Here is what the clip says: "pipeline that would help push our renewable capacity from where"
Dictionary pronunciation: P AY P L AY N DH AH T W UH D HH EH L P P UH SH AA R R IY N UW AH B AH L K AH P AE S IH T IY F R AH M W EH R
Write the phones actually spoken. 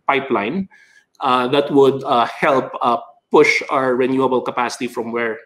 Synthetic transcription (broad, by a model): P AY P L AY N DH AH T W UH D HH EH L P P UH SH AA R R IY N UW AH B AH L K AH P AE S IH T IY F R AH M W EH R